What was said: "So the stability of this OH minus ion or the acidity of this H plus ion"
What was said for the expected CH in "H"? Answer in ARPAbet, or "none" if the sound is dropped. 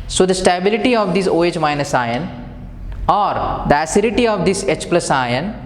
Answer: CH